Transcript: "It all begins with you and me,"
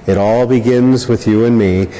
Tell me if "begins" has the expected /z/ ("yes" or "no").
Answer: yes